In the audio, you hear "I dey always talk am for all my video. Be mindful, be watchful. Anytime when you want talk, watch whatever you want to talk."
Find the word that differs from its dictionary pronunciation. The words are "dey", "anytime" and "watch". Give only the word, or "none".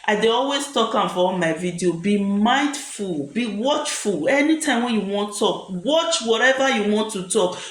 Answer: none